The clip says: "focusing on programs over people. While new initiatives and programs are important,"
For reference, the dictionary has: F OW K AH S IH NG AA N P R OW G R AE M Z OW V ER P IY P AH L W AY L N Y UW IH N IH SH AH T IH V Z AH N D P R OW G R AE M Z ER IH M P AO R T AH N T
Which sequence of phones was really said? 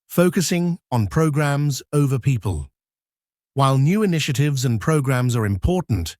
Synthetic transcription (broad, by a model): F OW K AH S IH NG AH N P R OW G R AE M Z OW V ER P IY P AH L W AY L N Y UW IH N IH SH AH T IH V Z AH N P R OW G R AE M Z ER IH M P AO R T N T